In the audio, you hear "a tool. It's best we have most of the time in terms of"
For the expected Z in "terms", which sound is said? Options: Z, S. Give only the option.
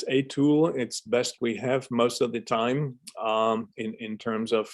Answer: Z